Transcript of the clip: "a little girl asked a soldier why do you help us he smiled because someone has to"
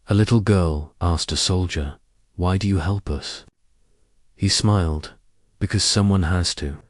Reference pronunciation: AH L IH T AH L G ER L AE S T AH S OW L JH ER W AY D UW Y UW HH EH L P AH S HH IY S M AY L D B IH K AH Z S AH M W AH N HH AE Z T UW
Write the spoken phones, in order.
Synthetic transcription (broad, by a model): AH L IH T L G ER L AE S T AH S OW L JH ER W AY D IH Y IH HH EH L P AH S HH IY S M AY L D B IH K AH Z S AH M W AH N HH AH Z T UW